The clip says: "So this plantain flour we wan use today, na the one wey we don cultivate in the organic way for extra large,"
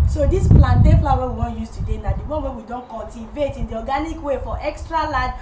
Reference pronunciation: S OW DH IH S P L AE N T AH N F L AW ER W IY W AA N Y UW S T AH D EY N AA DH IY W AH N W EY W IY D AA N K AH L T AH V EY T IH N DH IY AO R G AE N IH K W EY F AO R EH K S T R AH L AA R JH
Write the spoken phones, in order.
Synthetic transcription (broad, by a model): S OW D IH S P L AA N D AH F L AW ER W IY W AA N Y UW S T AH D EY N AA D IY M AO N W EY W IY D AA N K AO L T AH V EY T IH N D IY AO G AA N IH K W EY F AO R EH K S T R AH L AA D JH